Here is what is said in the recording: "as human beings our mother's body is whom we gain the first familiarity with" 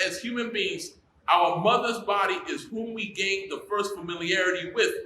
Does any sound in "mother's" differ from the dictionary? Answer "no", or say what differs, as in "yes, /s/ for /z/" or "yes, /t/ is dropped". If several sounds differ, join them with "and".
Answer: no